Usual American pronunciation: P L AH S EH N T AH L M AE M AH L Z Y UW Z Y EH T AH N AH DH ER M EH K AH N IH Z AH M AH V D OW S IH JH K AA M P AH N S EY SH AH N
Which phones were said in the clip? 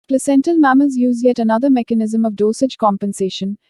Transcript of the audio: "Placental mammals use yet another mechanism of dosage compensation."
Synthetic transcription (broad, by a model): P L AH S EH N T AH L M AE M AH Z Y UW Z Y EH T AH N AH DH ER M EH K AH N IH Z AH M AH V D OW S IH JH K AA M P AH N S EY SH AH N